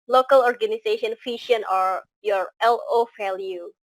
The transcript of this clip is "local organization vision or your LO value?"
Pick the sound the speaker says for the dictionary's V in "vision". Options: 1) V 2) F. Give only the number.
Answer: 2